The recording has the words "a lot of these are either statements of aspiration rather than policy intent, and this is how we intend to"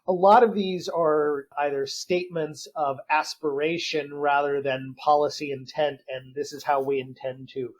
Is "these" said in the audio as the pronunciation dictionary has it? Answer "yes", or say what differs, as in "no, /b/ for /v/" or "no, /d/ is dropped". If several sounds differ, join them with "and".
yes